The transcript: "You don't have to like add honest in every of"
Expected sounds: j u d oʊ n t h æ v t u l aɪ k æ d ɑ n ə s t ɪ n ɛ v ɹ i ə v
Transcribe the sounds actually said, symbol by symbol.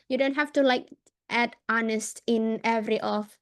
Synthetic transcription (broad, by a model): j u d oʊ n t h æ f t u l aɪ k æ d ɑ n ə s t ɪ n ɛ v ɹ i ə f